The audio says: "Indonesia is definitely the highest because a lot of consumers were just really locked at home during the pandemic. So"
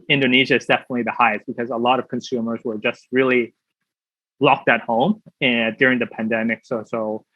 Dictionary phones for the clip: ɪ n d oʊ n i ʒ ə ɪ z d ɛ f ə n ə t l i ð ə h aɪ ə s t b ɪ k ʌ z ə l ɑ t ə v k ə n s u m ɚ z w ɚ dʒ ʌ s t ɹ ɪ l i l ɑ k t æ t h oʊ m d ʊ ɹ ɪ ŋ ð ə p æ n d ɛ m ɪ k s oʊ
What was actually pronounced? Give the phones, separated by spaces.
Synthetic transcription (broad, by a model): ɪ n d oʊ n i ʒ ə ɪ z d ɛ f ə n ə t l i ð ə h aɪ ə s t b ɪ k ʌ z ə l ɑ t ə v k ə n s u m ɚ z w ɚ dʒ ʌ s t ɹ ɪ l i l ɑ k t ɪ t h oʊ m d ʊ ɹ ɪ ŋ ð ə p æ n d ɛ m ɪ k s oʊ